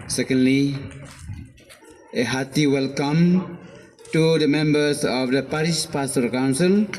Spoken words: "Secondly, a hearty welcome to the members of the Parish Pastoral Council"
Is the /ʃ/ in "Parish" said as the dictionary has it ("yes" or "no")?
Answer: no